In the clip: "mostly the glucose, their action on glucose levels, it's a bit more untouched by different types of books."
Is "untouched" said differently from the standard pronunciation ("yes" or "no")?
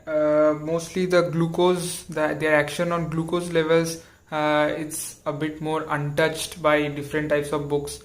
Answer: no